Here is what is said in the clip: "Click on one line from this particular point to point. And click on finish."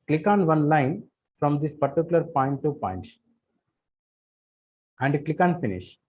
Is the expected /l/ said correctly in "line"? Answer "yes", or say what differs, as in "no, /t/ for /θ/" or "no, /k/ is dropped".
yes